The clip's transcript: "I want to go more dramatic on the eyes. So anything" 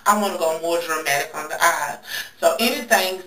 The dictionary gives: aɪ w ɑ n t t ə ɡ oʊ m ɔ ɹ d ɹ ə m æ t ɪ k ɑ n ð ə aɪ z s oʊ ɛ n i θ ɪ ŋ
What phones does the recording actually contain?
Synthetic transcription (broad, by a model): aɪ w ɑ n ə ɡ oʊ m ɔ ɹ d ɹ ə m æ t ɪ k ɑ n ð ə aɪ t s oʊ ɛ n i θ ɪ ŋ